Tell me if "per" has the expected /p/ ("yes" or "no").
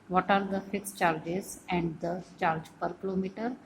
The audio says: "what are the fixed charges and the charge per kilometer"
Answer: yes